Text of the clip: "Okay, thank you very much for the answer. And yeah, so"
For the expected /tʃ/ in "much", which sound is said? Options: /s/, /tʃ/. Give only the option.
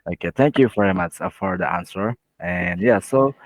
/tʃ/